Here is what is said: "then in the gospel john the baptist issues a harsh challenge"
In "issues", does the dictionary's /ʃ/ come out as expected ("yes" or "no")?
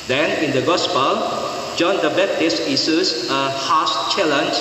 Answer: no